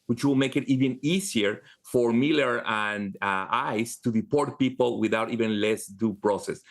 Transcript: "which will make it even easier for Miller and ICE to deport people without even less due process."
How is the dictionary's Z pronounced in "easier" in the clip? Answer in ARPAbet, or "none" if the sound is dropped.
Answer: S